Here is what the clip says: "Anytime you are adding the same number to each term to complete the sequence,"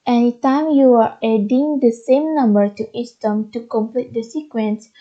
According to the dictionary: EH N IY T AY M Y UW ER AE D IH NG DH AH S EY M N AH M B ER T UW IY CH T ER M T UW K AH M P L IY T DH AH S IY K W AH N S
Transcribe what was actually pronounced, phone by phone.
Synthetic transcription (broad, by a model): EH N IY T AY M Y UW ER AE D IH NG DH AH S EY M N AH M B ER T UW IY S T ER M T UW K AH M P L IY T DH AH S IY K W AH N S